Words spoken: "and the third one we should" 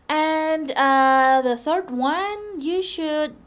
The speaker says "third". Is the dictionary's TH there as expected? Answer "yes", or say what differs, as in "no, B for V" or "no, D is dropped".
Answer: yes